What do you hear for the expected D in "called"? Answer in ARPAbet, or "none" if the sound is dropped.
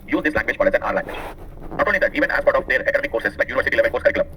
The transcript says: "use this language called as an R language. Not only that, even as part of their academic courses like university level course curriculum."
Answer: none